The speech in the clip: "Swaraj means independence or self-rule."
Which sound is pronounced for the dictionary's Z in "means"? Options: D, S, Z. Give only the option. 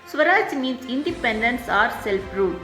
S